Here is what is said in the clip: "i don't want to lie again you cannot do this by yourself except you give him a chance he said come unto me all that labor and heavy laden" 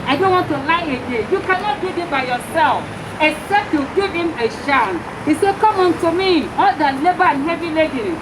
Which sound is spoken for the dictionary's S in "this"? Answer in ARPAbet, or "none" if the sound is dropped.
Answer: none